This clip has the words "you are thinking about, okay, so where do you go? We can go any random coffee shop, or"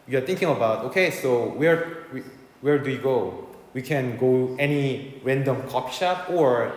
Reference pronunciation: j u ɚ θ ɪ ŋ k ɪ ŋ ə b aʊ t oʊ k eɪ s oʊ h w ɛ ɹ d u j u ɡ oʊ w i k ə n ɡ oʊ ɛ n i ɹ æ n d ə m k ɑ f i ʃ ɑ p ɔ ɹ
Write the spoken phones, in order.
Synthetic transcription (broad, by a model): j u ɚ t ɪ ŋ k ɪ ŋ ə b aʊ t oʊ k eɪ s oʊ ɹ w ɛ ɹ d u j u ɡ oʊ w i k ə n ɡ oʊ ɛ n i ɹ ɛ n d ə m k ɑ p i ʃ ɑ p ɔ ɹ